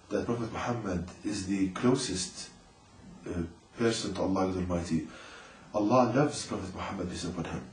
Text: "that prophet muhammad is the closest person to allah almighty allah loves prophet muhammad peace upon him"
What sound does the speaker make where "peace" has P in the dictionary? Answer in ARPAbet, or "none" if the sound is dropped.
F